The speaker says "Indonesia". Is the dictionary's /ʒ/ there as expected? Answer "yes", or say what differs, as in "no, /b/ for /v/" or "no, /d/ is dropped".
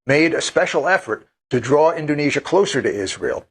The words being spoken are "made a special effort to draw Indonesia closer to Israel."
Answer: yes